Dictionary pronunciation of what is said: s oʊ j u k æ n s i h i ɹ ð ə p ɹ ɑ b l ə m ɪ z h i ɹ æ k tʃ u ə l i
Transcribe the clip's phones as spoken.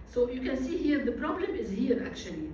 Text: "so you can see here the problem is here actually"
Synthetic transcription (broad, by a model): s oʊ j u k æ n s i h i ɹ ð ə p ɹ ɑ b l ə m ɪ z h i ɹ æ k tʃ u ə l i